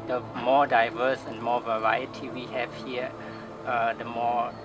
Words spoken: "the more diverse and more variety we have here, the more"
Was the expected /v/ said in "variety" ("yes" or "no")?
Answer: yes